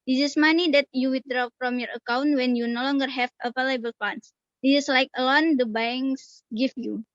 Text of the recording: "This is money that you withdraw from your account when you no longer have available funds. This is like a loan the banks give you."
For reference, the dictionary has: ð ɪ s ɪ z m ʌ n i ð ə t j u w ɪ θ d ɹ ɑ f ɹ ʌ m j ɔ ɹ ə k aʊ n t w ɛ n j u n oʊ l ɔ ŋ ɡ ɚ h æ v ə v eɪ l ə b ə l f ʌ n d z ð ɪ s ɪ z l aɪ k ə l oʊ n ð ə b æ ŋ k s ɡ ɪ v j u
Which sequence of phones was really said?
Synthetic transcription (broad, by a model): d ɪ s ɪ s m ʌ n i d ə t j u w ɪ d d ɹ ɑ f ɹ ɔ m j ɔ ɹ ə k aʊ n t w ɛ n j u n oʊ l ɔ ŋ ɡ ɚ h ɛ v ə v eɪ l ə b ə l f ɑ n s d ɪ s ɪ s l aɪ k ə l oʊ n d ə b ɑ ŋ s ɡ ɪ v j u